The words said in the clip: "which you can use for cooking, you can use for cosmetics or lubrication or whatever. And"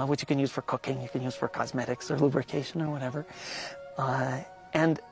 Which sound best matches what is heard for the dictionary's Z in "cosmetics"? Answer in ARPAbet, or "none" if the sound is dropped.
Z